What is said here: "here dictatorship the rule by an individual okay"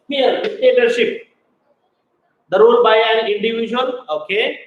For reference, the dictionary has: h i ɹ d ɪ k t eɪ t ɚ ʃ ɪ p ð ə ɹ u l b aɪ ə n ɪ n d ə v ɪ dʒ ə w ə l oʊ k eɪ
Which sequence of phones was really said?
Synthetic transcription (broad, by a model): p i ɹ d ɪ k t eɪ t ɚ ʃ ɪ p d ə ɹ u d b aɪ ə l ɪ n d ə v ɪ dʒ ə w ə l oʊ k eɪ